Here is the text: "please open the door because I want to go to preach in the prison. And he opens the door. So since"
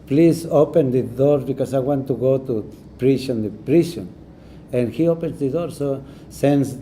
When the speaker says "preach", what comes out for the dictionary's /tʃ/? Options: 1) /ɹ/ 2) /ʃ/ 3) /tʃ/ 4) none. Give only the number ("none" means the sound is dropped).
2